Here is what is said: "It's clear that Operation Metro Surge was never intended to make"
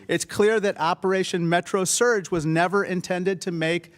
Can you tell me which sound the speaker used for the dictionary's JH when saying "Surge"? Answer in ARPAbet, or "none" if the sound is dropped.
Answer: JH